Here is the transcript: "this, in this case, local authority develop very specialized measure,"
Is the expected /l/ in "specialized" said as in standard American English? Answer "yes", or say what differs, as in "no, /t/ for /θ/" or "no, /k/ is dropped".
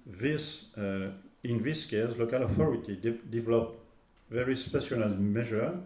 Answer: no, /n/ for /l/